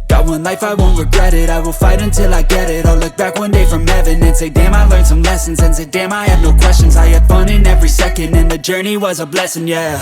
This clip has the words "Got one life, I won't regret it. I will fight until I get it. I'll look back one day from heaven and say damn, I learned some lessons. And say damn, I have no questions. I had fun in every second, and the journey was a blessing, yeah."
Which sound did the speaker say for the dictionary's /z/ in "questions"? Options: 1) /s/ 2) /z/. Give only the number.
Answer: 2